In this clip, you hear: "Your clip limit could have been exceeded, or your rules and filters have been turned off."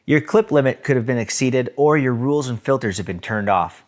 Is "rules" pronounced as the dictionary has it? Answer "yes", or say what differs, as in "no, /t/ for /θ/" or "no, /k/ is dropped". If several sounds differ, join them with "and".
yes